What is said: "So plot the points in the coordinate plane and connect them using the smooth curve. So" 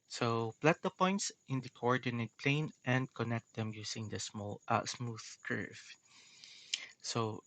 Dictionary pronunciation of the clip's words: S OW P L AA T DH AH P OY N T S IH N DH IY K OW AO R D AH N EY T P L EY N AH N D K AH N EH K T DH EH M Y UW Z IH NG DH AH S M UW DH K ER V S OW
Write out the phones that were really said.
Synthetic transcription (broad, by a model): S OW P L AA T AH P OY N T S IH N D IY K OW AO R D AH N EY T P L EY N AH N D K AH N EH K T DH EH M Y UW S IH NG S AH S M UW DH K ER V S OW